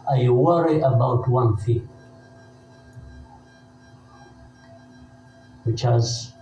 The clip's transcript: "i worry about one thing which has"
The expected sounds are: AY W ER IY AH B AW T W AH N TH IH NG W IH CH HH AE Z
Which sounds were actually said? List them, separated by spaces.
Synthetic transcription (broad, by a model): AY W ER IY AH B AW T W AH N F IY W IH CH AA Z